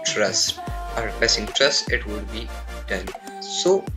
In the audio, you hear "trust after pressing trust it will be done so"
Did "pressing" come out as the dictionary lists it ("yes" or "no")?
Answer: no